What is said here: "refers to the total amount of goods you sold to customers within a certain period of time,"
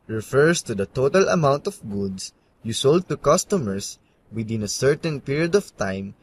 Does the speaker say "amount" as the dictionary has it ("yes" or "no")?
yes